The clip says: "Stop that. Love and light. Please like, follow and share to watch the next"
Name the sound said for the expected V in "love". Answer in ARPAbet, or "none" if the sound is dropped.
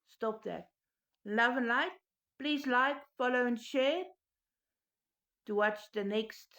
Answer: V